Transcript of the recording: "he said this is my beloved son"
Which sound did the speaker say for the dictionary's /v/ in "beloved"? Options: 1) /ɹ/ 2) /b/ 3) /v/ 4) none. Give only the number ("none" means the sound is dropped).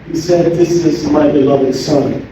3